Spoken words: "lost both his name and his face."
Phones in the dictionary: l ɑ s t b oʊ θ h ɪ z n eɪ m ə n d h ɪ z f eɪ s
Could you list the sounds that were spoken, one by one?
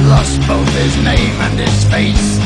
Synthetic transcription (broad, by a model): l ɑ s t b oʊ θ h ɪ z n eɪ m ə n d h ɪ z f eɪ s